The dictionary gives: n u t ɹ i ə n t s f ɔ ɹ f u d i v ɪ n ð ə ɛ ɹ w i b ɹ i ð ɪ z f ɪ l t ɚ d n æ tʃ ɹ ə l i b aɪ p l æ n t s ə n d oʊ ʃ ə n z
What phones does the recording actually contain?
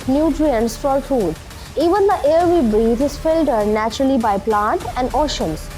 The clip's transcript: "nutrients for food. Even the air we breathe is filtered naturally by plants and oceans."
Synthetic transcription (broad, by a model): n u t ɹ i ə n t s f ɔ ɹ f u d i v ɪ n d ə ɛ ɹ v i b ɹ i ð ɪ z f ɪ l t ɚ d n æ tʃ ɹ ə l i b aɪ p l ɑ n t ə n d oʊ ʃ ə n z